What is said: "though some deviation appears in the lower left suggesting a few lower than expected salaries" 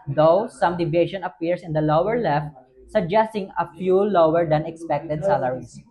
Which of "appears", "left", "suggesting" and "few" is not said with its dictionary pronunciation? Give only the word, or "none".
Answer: appears